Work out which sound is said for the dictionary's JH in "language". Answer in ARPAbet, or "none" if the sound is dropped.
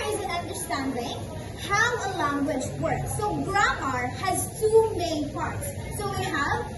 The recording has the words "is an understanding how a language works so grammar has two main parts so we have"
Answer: JH